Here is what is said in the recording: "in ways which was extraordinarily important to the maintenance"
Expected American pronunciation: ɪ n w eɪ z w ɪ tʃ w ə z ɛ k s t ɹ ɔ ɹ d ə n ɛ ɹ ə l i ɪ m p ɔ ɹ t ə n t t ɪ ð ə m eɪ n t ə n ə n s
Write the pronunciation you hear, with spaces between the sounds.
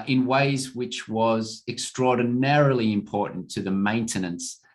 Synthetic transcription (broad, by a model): ɪ n w eɪ z w ɪ tʃ w ə z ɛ k s t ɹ ɔ ɹ d n ɛ ɹ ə l i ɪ m p ɔ ɹ t n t t ɪ ð ə m eɪ n t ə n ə n s